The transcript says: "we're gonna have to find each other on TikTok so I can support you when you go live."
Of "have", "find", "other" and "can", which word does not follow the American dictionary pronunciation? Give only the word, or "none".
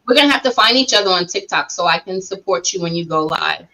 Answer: have